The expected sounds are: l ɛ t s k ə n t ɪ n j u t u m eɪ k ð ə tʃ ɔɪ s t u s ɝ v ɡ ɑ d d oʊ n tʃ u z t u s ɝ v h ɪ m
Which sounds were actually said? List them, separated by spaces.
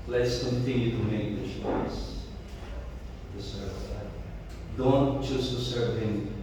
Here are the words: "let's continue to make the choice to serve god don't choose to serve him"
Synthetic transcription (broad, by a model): l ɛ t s k ə n t ɪ n j u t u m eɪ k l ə ʃ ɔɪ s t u s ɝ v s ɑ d d oʊ n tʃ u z t u s ɝ v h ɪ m